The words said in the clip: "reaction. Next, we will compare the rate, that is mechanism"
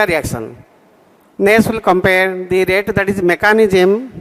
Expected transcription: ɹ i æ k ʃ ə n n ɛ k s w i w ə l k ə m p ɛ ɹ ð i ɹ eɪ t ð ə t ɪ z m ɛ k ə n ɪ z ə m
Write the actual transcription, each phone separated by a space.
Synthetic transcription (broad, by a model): ɹ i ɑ k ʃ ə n n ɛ s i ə l k ə m p ɛ ɹ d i ɹ eɪ t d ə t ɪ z m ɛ k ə n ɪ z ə m